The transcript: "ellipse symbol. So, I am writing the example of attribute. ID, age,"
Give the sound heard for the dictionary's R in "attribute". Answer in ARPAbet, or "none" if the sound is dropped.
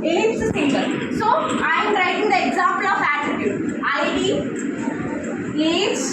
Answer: none